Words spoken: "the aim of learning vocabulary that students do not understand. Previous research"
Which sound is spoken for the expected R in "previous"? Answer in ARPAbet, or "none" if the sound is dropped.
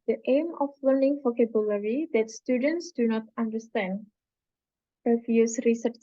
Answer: none